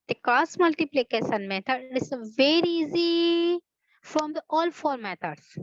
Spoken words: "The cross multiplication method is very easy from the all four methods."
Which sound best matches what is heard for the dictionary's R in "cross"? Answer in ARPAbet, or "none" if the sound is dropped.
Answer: none